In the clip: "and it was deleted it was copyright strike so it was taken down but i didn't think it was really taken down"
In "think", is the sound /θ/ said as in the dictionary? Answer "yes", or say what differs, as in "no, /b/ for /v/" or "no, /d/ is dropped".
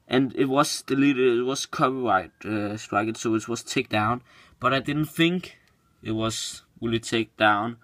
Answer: yes